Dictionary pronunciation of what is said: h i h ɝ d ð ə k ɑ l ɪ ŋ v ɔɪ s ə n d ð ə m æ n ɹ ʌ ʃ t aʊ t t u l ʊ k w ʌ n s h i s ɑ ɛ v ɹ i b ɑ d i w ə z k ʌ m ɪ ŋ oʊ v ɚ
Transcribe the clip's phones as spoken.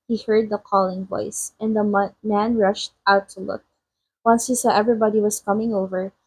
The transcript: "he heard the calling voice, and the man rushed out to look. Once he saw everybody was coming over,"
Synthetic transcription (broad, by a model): h i h ɝ d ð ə k ɑ l ɪ ŋ v ɔɪ s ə n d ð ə m æ n ɹ ʌ ʃ t aʊ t t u l ʊ k w ʌ n s h i s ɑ ɛ v ɹ i b ɑ d i w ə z k ʌ m ɪ ŋ oʊ v ɚ